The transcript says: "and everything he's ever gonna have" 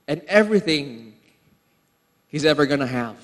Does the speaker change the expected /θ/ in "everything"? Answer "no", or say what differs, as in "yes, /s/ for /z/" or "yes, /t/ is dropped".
no